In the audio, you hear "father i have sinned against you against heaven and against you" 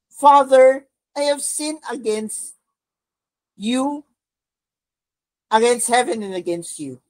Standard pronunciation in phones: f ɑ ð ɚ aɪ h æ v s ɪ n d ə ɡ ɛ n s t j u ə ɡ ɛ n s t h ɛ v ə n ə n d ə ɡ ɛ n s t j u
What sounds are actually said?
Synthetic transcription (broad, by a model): f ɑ ð ɚ aɪ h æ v s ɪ n ə ɡ ɛ n s t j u ə ɡ ɛ n s t h ɛ v ə n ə n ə ɡ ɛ n s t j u